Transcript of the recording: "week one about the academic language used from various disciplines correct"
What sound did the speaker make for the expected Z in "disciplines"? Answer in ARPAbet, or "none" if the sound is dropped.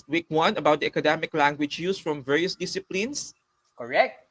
S